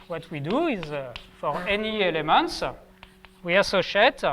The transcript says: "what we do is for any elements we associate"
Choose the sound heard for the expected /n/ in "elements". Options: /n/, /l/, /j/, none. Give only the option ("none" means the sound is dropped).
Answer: /n/